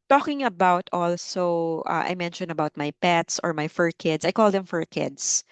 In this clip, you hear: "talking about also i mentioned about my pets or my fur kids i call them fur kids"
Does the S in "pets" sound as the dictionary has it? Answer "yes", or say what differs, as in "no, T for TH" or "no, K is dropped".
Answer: yes